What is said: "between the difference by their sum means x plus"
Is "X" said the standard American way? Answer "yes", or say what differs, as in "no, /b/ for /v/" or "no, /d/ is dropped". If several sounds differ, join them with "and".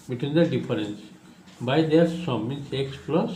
yes